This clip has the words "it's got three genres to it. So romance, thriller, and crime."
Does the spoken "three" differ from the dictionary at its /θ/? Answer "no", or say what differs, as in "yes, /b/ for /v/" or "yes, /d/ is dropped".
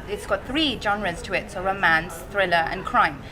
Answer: no